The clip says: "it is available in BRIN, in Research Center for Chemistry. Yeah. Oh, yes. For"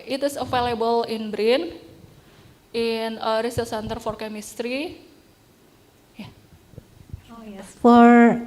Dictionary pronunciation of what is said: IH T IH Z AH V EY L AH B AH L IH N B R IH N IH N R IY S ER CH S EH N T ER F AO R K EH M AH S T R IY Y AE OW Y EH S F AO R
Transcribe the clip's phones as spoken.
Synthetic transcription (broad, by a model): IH T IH S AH F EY L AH B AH L IH N B R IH N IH N R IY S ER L S EH N T ER F AO R K EH M AH S T R IY Y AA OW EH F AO R